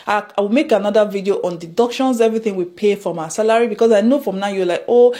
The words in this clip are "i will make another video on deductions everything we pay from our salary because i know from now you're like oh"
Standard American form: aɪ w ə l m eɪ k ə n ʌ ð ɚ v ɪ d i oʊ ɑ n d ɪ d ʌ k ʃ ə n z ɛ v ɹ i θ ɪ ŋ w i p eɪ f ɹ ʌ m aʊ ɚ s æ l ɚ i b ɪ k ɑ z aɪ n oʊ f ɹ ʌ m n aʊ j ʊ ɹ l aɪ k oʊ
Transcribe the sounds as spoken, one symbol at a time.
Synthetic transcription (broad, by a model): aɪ w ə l m eɪ k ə n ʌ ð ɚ v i d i oʊ ɑ n d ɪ d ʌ k ʃ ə n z ɛ v ɹ i θ ɪ ŋ w i p eɪ f ɹ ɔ m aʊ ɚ s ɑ l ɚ i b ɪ k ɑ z aɪ n oʊ f ɹ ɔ m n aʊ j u w l aɪ k oʊ